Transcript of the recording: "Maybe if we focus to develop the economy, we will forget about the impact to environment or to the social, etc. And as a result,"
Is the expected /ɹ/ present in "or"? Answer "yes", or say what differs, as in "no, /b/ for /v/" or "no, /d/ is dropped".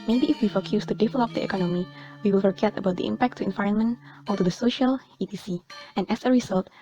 no, /l/ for /ɹ/